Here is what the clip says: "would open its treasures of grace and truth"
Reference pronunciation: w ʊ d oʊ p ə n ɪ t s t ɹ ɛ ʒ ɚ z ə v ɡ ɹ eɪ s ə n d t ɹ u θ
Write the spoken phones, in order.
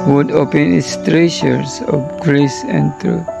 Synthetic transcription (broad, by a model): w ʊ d oʊ p ə n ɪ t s t ɹ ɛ ʃ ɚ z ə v ɡ ɹ eɪ s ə n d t ɹ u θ